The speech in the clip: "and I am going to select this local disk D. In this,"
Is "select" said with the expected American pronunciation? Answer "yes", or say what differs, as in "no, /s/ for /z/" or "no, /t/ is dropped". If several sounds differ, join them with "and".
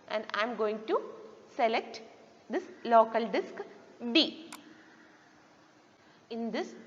yes